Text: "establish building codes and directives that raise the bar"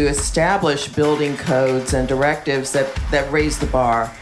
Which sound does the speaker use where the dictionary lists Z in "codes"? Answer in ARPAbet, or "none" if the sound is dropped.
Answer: Z